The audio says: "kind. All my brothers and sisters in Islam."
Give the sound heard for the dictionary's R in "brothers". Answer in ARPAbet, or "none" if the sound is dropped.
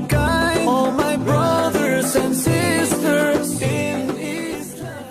R